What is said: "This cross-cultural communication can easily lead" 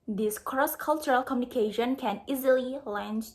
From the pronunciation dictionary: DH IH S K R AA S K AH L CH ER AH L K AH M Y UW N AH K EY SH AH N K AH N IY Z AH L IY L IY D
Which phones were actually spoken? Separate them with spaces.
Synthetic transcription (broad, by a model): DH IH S K R AA S K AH L CH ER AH L K AH M Y UW N AH K EY SH AH N K AH N IY Z AH L IY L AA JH